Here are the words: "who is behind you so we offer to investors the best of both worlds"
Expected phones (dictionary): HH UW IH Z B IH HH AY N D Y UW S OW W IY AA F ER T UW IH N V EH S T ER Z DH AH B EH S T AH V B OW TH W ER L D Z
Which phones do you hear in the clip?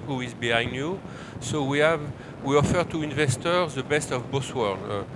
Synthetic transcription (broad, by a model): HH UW IH Z B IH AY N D Y UW S OW W IY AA F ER T UW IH N V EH S T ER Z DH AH B EH S T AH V B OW S W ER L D